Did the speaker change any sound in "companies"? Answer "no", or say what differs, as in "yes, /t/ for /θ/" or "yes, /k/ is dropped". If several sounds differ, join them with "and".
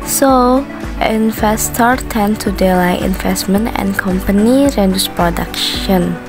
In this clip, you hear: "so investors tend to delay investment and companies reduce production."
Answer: yes, /z/ is dropped